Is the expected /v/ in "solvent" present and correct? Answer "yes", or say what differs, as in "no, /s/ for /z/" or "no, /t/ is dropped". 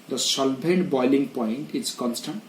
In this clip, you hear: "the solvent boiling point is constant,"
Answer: no, /b/ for /v/